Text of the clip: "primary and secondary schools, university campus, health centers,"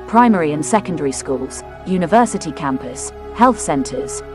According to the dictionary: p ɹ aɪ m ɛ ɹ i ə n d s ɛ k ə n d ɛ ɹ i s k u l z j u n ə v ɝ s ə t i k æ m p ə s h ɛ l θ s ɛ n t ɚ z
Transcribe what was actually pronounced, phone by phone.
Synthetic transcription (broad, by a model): p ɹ aɪ m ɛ ɹ i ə n s ɛ k ə n d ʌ ɹ i s k u l z j u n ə v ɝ s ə t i k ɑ m p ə s h ɛ l θ s ɛ n t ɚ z